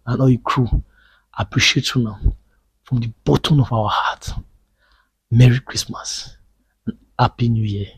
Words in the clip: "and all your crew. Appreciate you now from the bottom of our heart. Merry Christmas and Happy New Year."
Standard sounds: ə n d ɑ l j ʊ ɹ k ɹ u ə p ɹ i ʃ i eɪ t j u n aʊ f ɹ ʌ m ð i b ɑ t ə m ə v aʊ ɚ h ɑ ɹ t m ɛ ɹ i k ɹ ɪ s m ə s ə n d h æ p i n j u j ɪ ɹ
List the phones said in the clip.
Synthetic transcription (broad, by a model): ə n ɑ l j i k ɹ u ə p ɹ i ʃ i eɪ t j u n aʊ f ɹ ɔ m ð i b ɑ t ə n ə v aʊ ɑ h ɑ t m ɛ ɹ i k ɹ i s m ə s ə n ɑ p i n j u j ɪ